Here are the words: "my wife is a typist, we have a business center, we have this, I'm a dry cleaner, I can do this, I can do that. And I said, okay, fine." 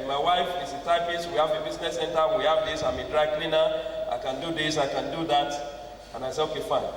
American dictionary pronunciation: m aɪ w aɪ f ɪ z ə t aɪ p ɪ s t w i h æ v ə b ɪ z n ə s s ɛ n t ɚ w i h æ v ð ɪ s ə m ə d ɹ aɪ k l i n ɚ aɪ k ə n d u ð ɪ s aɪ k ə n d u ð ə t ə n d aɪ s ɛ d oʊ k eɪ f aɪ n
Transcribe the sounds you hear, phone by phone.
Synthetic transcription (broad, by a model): m aɪ w aɪ f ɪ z ə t aɪ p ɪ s w i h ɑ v ə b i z n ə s s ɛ n t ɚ w i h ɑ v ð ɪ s ə m ə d ɹ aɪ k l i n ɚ aɪ k ə n d u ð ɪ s aɪ k ə n d u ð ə t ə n aɪ s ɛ oʊ k eɪ f aɪ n